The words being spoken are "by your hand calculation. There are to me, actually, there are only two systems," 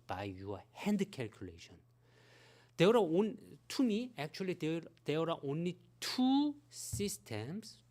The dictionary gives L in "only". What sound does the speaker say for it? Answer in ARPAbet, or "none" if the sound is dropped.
L